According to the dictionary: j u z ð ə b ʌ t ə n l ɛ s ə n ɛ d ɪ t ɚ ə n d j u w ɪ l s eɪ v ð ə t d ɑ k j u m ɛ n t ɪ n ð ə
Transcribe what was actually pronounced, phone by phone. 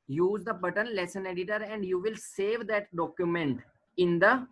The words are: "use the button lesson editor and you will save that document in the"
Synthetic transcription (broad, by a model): j u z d ə b ʌ t ə n l ɛ s ə n ɛ d ɪ t ɚ ə n d j u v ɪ l s eɪ v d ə t d ɑ k j u m ɛ n t ɪ n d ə